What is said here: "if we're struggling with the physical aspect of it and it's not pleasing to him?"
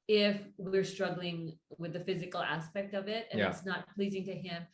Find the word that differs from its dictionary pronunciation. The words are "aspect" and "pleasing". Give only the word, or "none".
none